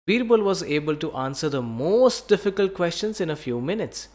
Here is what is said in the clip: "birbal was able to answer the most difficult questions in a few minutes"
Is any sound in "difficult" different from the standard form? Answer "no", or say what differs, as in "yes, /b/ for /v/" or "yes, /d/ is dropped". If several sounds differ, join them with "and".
no